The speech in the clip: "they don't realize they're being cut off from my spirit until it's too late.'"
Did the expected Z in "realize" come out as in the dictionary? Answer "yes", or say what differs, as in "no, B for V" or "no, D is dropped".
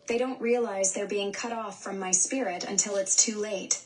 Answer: yes